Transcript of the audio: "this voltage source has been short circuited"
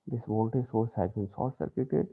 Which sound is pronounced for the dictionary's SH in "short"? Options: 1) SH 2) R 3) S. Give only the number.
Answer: 3